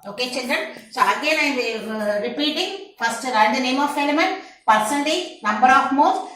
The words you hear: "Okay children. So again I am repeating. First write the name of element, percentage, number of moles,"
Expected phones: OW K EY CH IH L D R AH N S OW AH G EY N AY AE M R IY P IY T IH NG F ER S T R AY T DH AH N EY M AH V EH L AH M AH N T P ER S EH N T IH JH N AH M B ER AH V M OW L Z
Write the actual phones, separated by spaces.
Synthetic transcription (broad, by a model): OW K EY CH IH N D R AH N S OW AH G EY N AY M R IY P IY T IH NG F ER S T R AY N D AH N EY M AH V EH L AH M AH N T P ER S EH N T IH N AH M B ER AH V M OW